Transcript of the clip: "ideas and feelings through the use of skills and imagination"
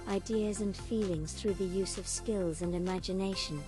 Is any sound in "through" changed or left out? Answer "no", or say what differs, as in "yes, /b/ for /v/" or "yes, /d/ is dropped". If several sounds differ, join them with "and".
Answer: no